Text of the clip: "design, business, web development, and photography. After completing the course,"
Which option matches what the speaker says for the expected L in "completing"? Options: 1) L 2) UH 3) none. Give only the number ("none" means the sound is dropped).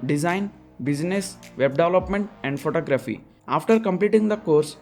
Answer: 1